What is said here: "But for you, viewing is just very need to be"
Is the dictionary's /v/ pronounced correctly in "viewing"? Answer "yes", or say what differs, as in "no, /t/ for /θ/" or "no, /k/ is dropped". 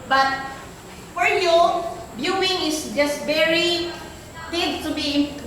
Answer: no, /b/ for /v/